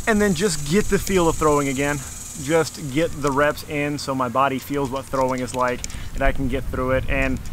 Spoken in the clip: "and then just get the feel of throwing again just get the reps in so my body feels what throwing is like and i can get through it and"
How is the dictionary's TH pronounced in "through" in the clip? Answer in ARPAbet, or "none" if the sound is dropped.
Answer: TH